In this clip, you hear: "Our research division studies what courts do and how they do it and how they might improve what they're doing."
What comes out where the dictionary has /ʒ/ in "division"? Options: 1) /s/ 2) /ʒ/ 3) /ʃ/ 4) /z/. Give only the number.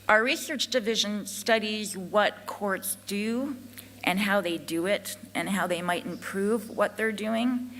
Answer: 2